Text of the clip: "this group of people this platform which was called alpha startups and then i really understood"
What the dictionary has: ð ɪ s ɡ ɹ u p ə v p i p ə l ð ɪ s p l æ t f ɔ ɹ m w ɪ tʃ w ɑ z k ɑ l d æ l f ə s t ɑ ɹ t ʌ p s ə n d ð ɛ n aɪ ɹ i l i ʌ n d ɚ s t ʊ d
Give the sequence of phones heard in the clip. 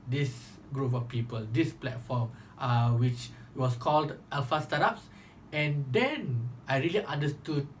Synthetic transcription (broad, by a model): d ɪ s ɡ ɹ u p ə f p i p ə l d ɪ s p l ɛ t f ɔ m w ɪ tʃ w ɑ s k ɑ l d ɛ l f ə s t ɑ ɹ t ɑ p s ə n d ɛ n aɪ ɹ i l i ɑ n d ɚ s t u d